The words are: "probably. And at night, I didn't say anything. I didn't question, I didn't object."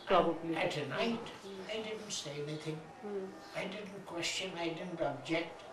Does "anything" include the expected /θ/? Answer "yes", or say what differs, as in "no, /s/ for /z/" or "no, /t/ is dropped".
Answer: yes